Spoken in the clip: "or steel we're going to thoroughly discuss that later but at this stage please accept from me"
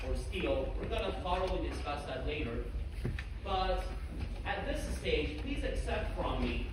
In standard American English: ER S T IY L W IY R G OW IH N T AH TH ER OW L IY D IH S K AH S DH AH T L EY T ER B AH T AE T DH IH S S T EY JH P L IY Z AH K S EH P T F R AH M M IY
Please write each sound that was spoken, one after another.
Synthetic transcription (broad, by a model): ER S T IY L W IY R G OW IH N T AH F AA OW IY D IH S K AH S DH AH T L EY T ER B AH T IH T DH IH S S T EY JH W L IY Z AH K S EH P T F R AH M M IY